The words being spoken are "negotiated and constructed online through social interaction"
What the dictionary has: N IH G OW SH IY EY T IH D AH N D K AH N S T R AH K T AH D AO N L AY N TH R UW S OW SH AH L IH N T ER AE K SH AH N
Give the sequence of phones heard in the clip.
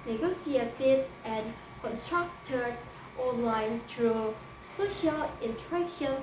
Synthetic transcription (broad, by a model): N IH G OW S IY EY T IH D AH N K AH N S T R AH K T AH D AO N L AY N T R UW S OW SH AH L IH N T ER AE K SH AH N